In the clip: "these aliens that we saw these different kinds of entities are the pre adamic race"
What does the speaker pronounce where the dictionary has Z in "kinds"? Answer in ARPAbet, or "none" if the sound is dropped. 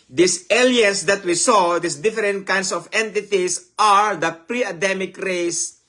S